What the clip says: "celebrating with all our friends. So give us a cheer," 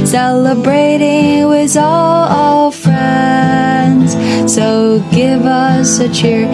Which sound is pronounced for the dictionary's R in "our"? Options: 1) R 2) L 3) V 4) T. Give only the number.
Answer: 2